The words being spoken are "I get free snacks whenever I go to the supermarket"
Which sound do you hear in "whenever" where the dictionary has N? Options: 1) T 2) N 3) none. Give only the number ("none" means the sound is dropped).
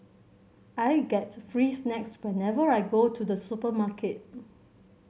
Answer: 2